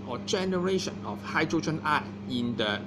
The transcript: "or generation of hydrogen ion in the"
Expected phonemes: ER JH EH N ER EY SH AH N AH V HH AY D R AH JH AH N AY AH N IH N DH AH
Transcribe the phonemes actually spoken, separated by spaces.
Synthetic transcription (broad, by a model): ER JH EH N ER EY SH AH N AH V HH AY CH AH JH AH N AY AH IH N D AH